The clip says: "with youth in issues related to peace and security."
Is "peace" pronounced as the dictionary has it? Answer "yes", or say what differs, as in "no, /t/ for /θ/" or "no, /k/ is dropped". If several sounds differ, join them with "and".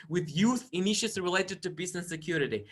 no, /b/ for /p/